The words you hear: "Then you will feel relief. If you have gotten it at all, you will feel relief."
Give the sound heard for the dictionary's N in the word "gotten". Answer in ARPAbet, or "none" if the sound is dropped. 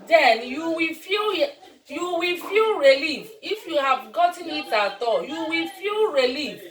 N